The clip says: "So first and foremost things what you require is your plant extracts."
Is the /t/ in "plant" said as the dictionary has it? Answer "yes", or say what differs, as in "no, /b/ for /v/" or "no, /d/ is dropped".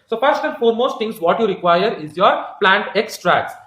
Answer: yes